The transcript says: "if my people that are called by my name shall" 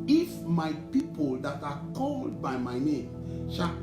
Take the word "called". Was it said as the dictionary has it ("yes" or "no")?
yes